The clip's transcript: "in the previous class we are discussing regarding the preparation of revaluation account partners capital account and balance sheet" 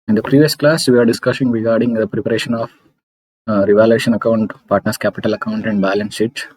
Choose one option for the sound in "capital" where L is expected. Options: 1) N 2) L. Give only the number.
2